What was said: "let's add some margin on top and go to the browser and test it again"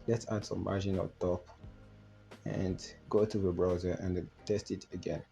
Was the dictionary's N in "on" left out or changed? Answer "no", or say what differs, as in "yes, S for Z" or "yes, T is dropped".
yes, L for N